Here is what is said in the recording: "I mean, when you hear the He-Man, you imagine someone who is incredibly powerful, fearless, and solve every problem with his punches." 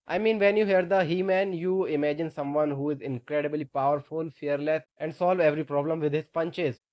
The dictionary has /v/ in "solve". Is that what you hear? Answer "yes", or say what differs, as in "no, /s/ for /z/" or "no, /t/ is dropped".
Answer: yes